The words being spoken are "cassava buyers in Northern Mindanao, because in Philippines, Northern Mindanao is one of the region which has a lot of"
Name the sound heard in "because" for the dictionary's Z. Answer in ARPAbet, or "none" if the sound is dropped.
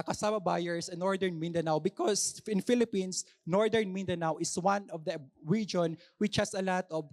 S